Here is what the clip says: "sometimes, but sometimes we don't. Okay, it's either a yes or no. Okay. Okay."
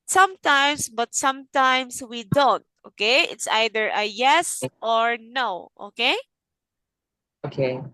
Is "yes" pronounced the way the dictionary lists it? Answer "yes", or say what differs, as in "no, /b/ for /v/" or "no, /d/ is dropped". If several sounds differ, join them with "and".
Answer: yes